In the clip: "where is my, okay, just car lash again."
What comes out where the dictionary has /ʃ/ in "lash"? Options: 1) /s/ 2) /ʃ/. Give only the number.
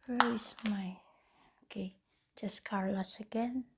1